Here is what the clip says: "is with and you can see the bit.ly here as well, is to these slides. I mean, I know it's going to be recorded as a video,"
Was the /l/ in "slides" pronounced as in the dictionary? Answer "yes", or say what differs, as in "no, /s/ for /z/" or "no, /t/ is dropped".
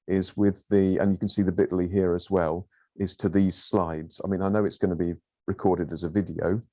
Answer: yes